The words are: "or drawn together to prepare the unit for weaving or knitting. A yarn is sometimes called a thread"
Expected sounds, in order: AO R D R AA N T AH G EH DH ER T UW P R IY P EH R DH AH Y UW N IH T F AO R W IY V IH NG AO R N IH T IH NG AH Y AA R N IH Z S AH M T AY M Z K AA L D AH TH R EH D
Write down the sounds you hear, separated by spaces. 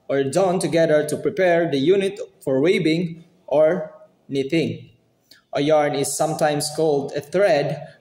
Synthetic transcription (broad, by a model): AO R D AA N T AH G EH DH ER T UW P R IY P EH R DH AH Y UW N IH T F AO R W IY B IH NG AO R N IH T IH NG AH Y AA R N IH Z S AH M T AY M S K AA L D AH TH R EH D